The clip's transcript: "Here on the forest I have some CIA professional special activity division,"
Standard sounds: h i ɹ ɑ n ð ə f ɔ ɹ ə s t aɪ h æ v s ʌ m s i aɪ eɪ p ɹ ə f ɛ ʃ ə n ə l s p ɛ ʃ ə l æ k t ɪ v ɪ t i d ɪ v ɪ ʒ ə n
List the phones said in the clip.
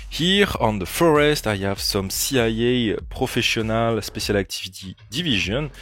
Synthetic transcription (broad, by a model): h i ɹ ɑ n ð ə f ɔ ɹ ə s t aɪ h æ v s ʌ m s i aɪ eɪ p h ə f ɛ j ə n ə l s p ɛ s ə l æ k t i v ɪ t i d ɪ v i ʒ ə n